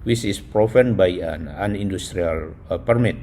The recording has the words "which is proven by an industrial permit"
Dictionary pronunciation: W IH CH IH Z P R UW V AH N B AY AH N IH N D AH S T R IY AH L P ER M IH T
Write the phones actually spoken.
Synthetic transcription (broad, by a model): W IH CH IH S P R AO F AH N B AY AH N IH N D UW S T R IY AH L P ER M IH T